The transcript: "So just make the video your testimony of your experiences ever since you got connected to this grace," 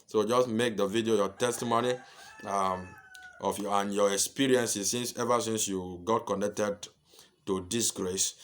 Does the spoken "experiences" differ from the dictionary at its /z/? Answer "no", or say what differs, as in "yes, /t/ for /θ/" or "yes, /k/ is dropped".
yes, /s/ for /z/